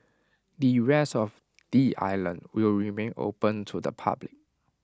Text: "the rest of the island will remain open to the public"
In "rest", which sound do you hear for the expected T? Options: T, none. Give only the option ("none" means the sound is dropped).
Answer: none